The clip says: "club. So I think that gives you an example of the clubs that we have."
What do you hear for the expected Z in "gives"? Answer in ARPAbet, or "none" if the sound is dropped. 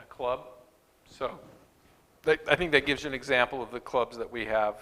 Z